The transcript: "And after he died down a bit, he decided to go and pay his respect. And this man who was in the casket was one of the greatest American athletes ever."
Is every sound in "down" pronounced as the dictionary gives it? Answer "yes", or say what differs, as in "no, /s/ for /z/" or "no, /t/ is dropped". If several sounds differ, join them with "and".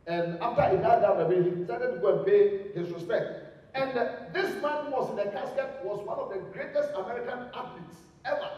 no, /n/ is dropped